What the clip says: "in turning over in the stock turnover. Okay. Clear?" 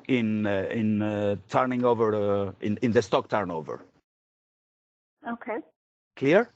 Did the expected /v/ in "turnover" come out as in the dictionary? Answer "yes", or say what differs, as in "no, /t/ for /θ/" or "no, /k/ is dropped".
yes